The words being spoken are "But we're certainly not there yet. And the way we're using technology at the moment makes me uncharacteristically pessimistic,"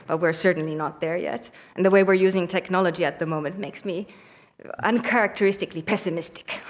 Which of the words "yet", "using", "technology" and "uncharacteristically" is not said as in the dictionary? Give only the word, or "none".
none